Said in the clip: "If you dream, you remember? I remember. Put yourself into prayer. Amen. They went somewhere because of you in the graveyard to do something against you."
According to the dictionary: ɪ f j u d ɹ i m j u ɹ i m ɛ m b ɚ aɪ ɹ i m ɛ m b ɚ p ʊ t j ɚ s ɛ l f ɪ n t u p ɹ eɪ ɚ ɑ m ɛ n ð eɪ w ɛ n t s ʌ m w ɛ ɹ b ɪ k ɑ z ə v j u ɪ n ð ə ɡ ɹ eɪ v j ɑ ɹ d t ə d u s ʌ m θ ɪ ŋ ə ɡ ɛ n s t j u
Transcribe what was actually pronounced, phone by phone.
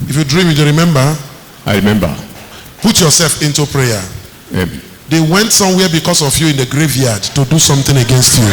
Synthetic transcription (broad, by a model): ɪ f j u d ɹ i m j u ɹ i m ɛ m b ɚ aɪ ɹ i m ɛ m b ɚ p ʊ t j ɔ s ɛ l f ɪ n t u p ɹ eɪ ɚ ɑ ɛ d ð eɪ w ɛ n t s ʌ m w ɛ b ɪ k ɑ s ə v j u ɪ n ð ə ɡ ɹ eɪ v j ɑ d t ə d u s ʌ m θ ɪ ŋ ə ɡ ɛ n s t j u